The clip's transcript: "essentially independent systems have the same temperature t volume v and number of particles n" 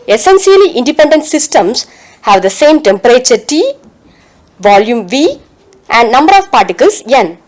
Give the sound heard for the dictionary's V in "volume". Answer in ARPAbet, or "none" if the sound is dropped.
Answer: V